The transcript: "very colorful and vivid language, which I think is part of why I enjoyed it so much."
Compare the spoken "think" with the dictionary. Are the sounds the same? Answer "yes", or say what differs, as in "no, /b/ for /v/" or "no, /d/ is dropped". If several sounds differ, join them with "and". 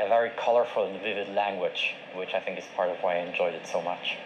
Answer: yes